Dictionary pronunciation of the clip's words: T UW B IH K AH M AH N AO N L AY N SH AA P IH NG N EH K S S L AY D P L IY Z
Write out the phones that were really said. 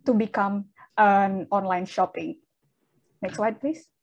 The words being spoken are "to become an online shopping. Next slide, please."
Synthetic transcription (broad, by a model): T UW B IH K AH M AH N AO N L AY N SH AA P IH NG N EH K S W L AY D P L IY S